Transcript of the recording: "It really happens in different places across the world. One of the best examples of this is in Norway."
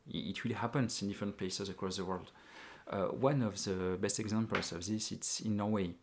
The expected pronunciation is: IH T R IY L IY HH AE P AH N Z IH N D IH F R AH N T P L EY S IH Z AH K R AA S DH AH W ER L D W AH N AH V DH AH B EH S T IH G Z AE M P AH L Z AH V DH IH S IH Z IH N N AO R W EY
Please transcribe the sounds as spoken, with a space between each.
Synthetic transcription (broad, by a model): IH T W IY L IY HH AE P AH N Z IH N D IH F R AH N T P L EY S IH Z AH K R AA S DH AH W ER L D W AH N AH V DH AH B EH S T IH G Z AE M P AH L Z AH V DH IH S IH S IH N N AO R W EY